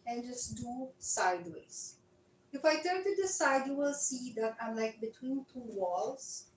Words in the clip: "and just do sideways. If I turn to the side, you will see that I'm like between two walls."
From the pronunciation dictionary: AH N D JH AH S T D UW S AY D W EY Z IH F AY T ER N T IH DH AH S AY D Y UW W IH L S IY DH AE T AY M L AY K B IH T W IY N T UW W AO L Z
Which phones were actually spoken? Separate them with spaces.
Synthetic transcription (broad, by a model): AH N JH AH S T D UW S AY D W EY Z IH F AY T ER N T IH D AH S AY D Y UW W IH L S IY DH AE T AY M L AY K B IH T W IY N T UW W AO L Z